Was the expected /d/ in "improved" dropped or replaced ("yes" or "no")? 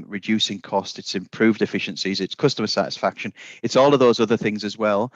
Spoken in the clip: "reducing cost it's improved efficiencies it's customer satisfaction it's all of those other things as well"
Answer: no